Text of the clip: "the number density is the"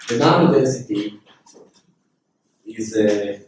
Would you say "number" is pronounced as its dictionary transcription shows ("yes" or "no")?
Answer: no